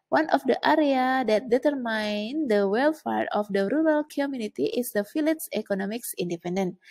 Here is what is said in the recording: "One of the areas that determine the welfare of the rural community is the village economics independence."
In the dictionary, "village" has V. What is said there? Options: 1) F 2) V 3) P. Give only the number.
1